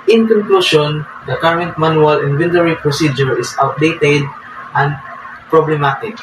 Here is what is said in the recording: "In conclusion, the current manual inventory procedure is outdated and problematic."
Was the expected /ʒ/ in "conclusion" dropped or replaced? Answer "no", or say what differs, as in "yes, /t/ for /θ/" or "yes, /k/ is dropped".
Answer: yes, /ʃ/ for /ʒ/